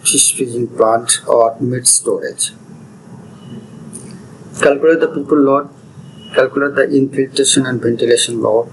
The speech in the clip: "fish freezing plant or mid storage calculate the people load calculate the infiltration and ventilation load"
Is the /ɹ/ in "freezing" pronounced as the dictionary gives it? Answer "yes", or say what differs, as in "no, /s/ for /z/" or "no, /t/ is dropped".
no, /ɹ/ is dropped